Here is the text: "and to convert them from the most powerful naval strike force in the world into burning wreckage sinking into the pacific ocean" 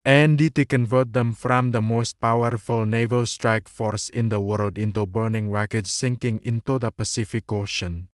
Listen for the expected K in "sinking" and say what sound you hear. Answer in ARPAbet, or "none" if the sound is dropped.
K